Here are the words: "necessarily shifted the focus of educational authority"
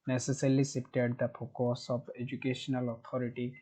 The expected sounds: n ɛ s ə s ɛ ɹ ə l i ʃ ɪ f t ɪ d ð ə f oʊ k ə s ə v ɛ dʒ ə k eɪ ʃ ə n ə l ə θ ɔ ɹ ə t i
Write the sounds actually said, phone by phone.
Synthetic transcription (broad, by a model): n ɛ s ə s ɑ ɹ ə l i s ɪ p t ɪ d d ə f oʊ k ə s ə b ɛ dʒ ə k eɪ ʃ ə n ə l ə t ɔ ɹ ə t i